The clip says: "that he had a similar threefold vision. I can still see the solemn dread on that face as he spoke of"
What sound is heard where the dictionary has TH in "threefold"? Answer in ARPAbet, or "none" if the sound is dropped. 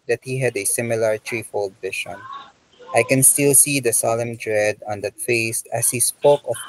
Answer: T